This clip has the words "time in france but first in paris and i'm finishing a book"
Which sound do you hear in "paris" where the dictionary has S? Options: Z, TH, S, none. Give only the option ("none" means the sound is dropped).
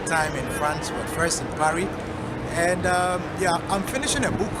none